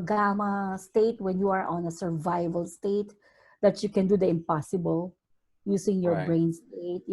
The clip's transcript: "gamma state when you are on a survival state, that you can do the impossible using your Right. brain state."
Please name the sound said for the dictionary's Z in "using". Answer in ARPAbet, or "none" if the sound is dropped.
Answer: S